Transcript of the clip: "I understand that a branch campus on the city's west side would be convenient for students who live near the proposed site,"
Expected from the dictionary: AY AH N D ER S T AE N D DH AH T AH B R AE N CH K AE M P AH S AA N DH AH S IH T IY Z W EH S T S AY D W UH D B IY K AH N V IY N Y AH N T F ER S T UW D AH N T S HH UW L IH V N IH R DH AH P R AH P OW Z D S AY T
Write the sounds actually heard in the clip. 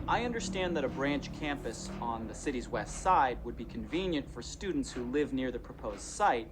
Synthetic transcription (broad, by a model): AY AH N D ER S T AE N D DH AH T AH B R AE N CH K AE M P AH S N DH AH S IH T IY Z W EH S T S AY D W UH D B IY K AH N V IY N Y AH N T F ER S T UW D N T S HH UW L IH V N IH R DH AH P R AH P OW Z D S AY T